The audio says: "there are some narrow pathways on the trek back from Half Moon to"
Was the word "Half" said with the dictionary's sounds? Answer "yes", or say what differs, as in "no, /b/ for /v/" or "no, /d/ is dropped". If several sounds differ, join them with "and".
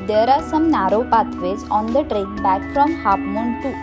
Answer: no, /p/ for /f/